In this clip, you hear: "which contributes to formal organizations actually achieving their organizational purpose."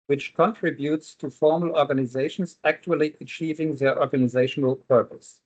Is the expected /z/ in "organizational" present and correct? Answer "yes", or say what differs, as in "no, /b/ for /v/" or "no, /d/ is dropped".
yes